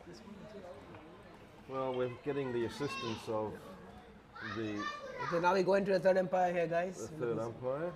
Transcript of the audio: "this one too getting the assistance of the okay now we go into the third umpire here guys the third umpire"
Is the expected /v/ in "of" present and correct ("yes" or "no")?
yes